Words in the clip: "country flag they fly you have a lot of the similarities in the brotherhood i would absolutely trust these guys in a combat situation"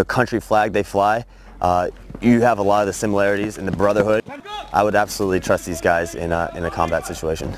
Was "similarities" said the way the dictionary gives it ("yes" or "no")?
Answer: yes